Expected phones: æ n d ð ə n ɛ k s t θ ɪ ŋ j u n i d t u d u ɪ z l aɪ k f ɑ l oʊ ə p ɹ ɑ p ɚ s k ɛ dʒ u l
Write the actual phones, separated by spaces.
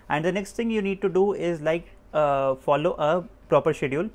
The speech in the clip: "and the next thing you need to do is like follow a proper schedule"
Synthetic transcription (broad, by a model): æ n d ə n ɛ k s t t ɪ ŋ j u n i d t u d u ɪ z l aɪ k f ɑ l oʊ ə p ɹ ɑ p ɚ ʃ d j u l